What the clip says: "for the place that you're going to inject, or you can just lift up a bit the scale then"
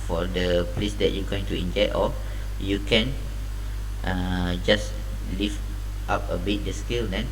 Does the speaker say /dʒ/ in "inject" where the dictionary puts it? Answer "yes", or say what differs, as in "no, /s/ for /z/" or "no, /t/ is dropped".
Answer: yes